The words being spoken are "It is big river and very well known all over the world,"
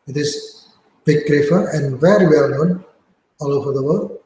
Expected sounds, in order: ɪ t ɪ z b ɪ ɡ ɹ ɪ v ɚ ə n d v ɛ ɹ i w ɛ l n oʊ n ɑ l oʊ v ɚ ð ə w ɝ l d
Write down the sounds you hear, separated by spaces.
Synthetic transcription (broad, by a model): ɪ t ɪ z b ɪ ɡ ɹ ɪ f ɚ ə n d v ɛ ɹ i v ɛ l n oʊ n ɑ l oʊ v ɚ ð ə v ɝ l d